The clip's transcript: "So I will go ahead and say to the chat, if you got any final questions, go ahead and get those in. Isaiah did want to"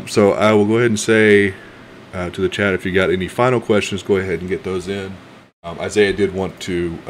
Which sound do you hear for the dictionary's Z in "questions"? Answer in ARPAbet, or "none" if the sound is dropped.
Z